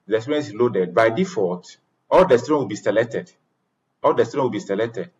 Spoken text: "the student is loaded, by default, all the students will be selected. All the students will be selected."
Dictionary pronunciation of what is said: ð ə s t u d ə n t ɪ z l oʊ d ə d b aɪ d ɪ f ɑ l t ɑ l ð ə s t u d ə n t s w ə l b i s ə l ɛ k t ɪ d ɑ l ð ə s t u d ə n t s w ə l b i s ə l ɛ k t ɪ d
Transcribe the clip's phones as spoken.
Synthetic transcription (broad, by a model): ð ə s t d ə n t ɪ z l oʊ d ə d b aɪ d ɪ f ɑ t ɑ l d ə s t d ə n w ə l b i s ə l ɛ k t ɪ d ɑ l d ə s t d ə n w ə l b i s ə l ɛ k t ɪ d